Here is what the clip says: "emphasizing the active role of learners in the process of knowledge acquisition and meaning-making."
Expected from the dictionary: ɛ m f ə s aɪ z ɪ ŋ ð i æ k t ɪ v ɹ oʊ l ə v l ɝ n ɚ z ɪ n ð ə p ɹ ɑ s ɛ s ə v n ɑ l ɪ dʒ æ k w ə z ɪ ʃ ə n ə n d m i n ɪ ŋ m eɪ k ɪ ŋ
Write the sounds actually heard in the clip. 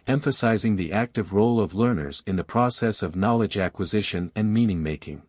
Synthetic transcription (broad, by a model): ɛ m f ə s aɪ z ɪ ŋ ð i æ k t ɪ v ɹ oʊ l ə v l ɝ n ɚ z ɪ n ð ə p ɹ ɑ s ɛ s ə v n ɑ l ɪ dʒ æ k w ə z ɪ ʃ ə n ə n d m i n ɪ ŋ m eɪ k ɪ ŋ